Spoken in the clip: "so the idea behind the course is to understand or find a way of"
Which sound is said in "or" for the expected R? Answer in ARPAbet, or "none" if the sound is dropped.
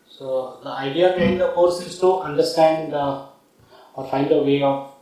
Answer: R